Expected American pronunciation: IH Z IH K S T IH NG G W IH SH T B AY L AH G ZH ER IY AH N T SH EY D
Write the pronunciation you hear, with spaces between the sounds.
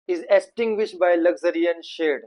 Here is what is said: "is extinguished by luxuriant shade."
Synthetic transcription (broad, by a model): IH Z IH S T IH NG G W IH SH T B AY L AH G Z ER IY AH N SH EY D